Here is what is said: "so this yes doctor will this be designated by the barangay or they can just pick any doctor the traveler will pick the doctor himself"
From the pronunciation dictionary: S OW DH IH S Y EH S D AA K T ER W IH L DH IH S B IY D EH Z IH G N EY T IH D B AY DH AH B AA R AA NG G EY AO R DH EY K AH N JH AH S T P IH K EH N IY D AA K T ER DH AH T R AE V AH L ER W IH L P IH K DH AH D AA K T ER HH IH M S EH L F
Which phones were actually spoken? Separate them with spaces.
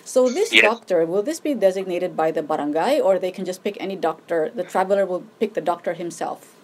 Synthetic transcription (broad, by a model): S OW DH IH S S D AA K T ER W IH L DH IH S B IY D EH Z IH G N EY T IH D B AY DH AH B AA R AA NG G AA AO R DH EY K AH N JH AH S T P IH K EH N IY D AA K T ER DH AH T R AE V AH L ER W IH L P IH K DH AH D AA K T ER HH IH M S EH L F